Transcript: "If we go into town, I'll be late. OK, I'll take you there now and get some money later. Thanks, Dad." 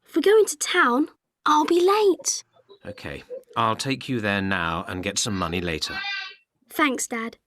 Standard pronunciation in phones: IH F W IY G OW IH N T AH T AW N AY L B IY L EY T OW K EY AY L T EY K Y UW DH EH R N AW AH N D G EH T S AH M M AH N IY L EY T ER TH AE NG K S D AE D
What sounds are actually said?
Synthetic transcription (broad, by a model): IH F W IY G OW IH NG T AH T AW N AY L B IY L EY T OW K EY AY L T EY K Y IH DH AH R N AW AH N G EH T S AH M M AH N IY L EY T ER TH AE NG K S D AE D